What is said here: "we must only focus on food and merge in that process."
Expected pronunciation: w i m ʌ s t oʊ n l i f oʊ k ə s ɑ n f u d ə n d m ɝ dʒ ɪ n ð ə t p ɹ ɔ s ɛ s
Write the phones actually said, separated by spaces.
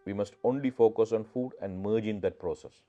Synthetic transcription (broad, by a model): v i m ʌ s t oʊ n l i f oʊ k ə s ɑ n f u d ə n d m ɝ dʒ ɪ n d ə t p ɹ ɔ s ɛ s